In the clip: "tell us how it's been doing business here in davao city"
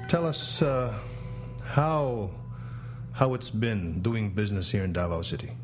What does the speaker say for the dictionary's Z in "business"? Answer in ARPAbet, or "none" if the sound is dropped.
Z